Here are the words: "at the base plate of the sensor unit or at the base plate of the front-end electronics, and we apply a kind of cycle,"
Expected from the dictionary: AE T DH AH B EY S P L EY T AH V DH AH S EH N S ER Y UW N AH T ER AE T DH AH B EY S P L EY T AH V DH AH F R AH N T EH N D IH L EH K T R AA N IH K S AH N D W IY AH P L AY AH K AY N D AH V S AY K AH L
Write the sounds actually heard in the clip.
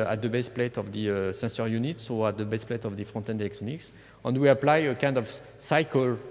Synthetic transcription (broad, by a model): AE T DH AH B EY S P L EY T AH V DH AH S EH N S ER Y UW N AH T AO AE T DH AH B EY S P L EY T AH V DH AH F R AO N T EH N D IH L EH K T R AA N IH K S AH N D W IY AH P L AY AH K AY N D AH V S AY K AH L